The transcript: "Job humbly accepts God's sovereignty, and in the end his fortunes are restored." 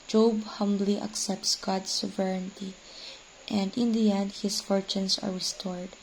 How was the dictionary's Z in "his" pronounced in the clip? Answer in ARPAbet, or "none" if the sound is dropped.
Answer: S